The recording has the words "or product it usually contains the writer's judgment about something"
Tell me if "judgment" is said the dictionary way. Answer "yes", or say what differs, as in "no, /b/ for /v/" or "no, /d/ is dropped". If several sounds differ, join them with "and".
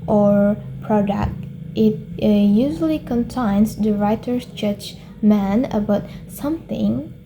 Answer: no, /t/ is dropped